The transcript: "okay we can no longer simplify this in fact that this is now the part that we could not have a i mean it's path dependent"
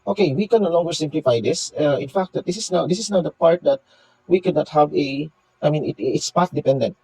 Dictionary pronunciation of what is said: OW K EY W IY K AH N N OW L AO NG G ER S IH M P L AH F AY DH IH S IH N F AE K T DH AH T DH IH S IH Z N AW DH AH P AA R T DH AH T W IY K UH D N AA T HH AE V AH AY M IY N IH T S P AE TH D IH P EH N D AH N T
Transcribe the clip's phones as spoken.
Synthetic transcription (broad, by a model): OW K EY W IY K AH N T L AO NG G ER S IH M P L AH F AY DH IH S IH N F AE K T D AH T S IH S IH S N AW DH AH P AA R T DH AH T W IY K UH D N AA T HH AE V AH AY M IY N IH T S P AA T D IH P EH N D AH N T